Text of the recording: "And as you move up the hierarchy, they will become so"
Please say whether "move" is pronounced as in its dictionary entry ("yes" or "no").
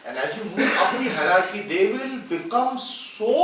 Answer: no